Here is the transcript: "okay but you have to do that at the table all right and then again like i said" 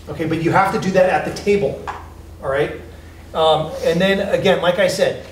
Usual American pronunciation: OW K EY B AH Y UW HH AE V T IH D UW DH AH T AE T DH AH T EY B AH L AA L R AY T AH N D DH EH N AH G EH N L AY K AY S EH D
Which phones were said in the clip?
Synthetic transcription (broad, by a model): OW K EY B AH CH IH HH AE F T IH D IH DH AH T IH T DH AH T EY AH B L R AY T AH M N DH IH N AH G EH N L AY K AY S EH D